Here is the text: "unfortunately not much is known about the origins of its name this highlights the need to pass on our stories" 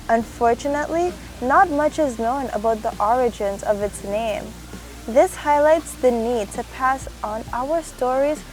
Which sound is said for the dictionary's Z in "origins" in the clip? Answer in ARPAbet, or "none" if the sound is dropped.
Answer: Z